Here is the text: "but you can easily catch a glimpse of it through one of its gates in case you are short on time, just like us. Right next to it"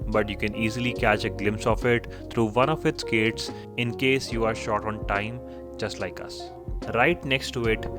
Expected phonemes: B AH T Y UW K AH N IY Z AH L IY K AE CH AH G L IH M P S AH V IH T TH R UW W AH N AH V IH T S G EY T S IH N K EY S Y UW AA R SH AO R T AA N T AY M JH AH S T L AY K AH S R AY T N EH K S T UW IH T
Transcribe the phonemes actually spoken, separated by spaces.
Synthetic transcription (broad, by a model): B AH T Y UW K AH N IY Z AH L IY K AE CH AH G L IH M P S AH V IH T T R UW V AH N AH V IH T S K EY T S IH N K EY S Y UW AA R SH AO R T AA N T AY M JH AH S T L AY K AH S R AY T N EH K S T UW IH T